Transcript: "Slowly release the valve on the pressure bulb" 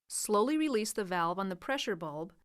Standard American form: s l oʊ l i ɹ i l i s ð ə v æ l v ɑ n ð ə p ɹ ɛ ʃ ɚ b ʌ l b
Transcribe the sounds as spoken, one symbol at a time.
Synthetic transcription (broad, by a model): s l oʊ l i ɹ i l i s ð ə v æ l v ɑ n ð ə p ɹ ɛ ʃ ɚ b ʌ l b